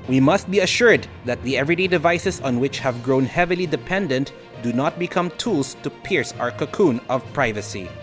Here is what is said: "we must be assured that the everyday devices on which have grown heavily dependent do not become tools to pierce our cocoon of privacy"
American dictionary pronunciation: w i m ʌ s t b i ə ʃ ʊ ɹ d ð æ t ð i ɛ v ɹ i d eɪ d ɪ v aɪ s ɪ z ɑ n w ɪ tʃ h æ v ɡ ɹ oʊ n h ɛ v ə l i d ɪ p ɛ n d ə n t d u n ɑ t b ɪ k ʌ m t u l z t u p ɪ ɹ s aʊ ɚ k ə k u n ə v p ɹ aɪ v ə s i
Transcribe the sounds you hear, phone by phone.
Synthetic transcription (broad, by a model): w i m ʌ s t b i ə ʃ ʊ ɹ d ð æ t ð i ɛ v ɹ i d eɪ d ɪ v aɪ s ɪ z ɑ n w ɪ tʃ h æ v ɡ ɹ oʊ n h ɛ v ə l i d ɪ p ɛ n d ə n t d u n ɑ t b ɪ k ʌ m t u l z t u p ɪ ɹ s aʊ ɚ k ə k u n ə v p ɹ aɪ v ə s i